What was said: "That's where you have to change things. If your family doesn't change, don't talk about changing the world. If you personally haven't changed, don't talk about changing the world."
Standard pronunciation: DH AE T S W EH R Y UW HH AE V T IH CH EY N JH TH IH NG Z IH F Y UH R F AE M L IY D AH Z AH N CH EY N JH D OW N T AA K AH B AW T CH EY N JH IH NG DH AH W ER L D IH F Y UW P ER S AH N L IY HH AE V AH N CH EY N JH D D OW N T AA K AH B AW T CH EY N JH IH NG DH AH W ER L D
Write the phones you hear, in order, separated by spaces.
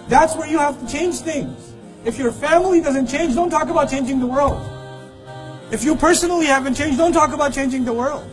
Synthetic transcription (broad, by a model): DH AE T S W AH R Y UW HH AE F T IH CH EY N JH TH IH NG Z IH F Y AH R F AE M L IY D AH Z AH N CH EY N JH D OW N T AA K AH B AW T CH EY N JH IH NG DH AH W ER L D IH F Y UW P ER S AH N L IY HH AE V AH N CH EY N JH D D OW N T AA K AH B AW T CH EY N JH IH NG DH AH W ER L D